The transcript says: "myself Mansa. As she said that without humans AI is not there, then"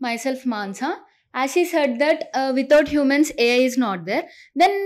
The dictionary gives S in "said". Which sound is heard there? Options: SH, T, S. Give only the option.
S